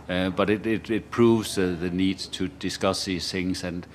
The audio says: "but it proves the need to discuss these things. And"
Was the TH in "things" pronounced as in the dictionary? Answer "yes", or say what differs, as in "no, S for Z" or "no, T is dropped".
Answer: yes